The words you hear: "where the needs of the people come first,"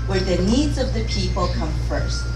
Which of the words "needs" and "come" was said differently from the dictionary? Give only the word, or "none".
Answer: none